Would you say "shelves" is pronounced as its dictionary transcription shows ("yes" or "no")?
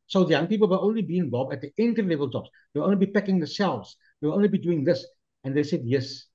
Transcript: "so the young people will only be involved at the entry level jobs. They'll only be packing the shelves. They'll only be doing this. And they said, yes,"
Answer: no